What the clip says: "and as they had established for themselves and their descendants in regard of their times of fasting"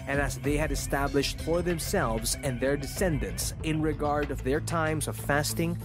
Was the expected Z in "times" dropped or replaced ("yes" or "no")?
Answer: no